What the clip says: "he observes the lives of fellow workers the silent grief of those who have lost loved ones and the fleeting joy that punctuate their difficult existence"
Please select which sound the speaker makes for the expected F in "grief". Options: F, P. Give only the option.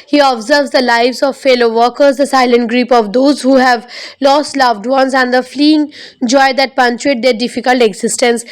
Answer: P